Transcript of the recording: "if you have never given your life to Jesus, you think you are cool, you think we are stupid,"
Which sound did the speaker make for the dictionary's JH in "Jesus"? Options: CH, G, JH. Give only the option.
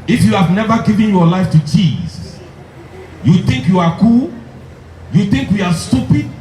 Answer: CH